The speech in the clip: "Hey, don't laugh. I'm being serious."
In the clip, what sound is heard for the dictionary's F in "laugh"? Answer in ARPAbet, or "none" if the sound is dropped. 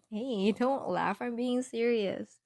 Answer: F